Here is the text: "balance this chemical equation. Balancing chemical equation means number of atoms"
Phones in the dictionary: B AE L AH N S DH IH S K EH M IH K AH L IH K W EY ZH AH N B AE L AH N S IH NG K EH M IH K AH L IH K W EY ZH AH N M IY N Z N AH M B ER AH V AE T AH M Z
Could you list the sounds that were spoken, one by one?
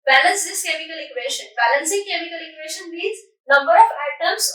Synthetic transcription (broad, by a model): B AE L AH N S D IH S K EH M IH K AH L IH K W EY SH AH N B AE L AH N S IH NG K EH M IH K AH L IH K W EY SH AH N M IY Z N AH M B ER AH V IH T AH M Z